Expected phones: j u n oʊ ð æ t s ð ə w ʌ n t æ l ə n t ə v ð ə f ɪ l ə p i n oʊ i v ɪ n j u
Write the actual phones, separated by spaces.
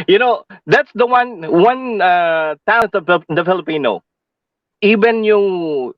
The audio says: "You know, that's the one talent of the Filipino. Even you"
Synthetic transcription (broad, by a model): j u n oʊ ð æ t s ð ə w ʌ n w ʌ n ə t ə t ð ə f ɪ l ə p i n oʊ i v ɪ n j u